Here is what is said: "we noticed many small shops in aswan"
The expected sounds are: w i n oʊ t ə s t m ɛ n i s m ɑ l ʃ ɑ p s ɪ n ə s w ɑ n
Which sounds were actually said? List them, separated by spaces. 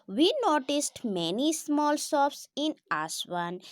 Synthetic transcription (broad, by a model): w i n oʊ t ə s t m ɛ n i s m ɑ l s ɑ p s ɪ n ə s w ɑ n